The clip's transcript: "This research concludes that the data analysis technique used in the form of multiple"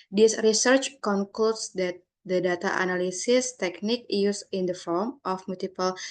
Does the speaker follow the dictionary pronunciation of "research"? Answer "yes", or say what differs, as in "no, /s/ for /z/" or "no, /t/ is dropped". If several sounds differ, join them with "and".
yes